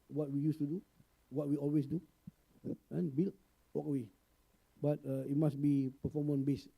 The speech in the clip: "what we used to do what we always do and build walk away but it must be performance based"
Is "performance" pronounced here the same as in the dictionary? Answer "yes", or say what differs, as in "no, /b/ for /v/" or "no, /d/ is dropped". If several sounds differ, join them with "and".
no, /s/ is dropped